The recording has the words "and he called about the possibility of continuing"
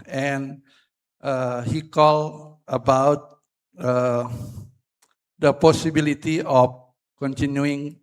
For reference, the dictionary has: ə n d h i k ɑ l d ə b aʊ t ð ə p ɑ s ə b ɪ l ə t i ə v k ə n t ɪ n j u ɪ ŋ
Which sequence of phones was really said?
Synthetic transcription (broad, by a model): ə n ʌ h i k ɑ l ə b aʊ t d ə p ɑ s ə b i l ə t i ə f k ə n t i n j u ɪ ŋ